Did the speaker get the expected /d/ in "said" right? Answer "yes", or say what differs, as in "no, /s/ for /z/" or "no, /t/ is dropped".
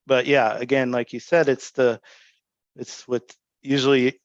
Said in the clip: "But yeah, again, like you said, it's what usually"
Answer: yes